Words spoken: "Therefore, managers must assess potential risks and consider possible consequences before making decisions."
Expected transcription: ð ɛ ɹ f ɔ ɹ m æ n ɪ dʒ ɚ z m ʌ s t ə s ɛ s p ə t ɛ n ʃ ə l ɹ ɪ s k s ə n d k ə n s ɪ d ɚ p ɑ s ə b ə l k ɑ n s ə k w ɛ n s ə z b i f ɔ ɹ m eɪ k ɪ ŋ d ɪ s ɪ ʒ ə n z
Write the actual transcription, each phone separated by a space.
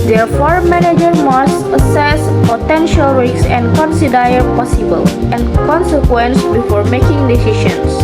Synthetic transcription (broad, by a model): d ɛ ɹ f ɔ ɹ m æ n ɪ dʒ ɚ m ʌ s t ə s ɛ s p ə t ɛ n ʃ ə l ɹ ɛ k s ə n d k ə n s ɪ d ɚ p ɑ s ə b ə l k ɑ n s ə k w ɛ n s b i f ɔ ɹ m eɪ k ɪ ŋ d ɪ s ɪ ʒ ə n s